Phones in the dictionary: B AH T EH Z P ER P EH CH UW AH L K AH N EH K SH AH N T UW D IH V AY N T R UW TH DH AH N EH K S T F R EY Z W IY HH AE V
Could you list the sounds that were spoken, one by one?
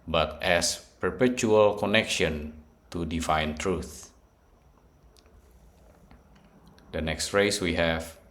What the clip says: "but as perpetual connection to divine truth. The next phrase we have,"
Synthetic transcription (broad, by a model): B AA T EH S P ER P EH CH UW AH L K AH N EH K SH AH N T UW D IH F AY N T R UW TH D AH N EH K S T F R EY S W IY HH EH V